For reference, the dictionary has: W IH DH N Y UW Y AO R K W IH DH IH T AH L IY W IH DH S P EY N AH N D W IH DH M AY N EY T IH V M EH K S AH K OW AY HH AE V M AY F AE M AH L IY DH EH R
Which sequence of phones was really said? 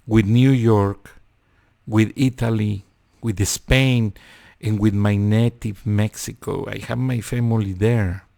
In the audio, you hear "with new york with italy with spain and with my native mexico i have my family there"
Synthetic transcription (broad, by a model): W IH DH N Y UW Y AO R K W IH DH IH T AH L IY W IH DH S P EY N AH N W IH DH M AY N EY T IH V M EH K S AH K OW AY HH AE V M AY F AE M AH L IY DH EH R